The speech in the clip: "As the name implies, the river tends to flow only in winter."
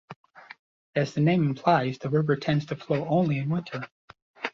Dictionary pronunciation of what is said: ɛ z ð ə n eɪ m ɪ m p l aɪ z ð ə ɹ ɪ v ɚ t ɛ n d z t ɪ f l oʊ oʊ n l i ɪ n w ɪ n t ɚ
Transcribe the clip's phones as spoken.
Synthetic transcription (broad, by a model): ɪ z ð ə n eɪ m ɪ m p l aɪ z ð ə ɹ ɪ v ɚ t ɛ n d z t ɪ f l oʊ oʊ n l i ɪ n w ɪ n t ɚ